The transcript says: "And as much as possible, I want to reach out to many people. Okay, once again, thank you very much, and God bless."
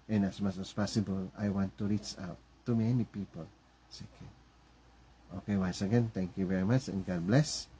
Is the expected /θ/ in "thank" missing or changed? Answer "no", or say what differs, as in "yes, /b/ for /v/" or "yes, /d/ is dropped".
yes, /t/ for /θ/